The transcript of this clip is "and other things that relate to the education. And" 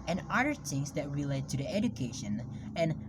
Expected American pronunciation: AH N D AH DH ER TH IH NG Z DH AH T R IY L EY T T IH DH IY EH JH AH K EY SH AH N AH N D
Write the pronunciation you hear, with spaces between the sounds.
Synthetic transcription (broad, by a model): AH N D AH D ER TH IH NG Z DH AH T R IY L EY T T IH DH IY EH JH AH K EY SH AH N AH N